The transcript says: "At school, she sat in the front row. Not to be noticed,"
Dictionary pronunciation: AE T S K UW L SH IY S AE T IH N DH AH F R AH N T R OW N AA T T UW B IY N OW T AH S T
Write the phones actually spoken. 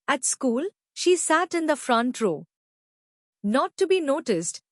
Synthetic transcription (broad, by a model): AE T S K UW L SH IY S AE T IH N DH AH F R AH N T R OW N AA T T UW B IY N OW T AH S T